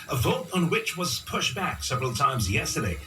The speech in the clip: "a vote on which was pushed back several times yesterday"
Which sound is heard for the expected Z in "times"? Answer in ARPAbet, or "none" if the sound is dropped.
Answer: Z